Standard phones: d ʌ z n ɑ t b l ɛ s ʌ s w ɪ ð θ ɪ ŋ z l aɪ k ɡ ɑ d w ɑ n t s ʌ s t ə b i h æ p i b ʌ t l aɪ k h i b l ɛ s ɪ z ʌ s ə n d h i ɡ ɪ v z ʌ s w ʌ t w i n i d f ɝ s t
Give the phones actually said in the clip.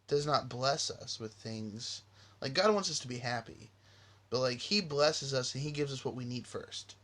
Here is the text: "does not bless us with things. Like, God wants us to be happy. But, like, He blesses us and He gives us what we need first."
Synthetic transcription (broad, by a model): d ʌ z n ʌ t b l ɛ s ʌ s w ɪ ð θ ɪ ŋ z l aɪ k ɡ ɑ d w ɑ n t s ʌ s t ə b i h æ p i b ʌ t l aɪ k h i b l ɛ s ɪ z ʌ s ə n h i ɡ ɪ v z ʌ s w ʌ t w i n i d f ɝ s t